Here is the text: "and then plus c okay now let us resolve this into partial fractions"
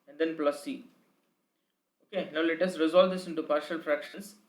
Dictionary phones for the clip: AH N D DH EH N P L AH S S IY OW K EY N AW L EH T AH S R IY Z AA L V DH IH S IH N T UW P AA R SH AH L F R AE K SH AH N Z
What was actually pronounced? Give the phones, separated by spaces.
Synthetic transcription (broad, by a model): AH N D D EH N P L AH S S IY OW K EY N AW L EH T AH S R IY Z AA L V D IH S IH N T UW P AA R SH AH L F R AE K SH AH N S